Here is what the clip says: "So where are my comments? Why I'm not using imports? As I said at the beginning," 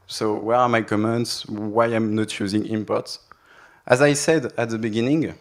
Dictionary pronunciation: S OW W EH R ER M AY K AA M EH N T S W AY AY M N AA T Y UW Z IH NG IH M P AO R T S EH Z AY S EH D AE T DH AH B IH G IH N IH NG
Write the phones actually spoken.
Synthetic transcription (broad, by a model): S OW W EH R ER M AY K AA M EH N T S W AY AY M N AA T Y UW Z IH NG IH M P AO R T S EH Z AY S EH D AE T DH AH B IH G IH N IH NG